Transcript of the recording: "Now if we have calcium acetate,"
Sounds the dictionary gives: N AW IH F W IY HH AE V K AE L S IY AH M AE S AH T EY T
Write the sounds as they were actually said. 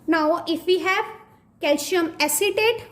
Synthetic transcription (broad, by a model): N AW IH F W IY HH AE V K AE L SH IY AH M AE S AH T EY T